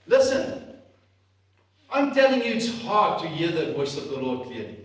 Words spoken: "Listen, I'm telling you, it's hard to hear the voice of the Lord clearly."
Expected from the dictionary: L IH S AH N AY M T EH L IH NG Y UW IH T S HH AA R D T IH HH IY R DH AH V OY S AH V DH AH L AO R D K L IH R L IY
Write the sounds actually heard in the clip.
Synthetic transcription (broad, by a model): L IH S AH N AY M T EH L IH NG Y UW IH T S HH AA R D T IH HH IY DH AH W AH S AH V DH AH L AO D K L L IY